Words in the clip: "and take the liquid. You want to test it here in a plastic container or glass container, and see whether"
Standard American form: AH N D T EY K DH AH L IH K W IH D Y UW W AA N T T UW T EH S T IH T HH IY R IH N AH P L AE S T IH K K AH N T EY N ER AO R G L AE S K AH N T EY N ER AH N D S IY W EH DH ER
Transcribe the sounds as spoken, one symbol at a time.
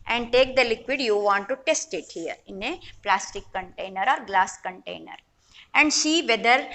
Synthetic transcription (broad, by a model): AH N D T EY K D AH L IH K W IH D Y UW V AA N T T UW T EH S T IH T HH IY R IH N AH P L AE S T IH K K AH N T EY N ER AO R G L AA S K AH N T EY N ER AH N D SH IY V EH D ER